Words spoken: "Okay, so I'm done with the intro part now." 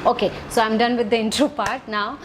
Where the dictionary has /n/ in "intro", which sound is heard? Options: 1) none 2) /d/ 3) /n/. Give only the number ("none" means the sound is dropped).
3